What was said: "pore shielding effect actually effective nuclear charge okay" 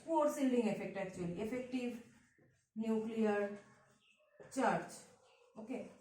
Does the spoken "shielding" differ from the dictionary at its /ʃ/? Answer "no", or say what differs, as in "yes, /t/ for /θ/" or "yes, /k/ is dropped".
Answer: yes, /s/ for /ʃ/